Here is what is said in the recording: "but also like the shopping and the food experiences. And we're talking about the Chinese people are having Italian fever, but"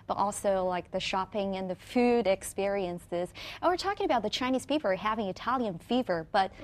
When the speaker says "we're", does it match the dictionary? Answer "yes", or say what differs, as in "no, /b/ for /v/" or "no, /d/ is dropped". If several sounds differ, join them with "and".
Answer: yes